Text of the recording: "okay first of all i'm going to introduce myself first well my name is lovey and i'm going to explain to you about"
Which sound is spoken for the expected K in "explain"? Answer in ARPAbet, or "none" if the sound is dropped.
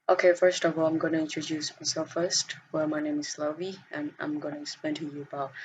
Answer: none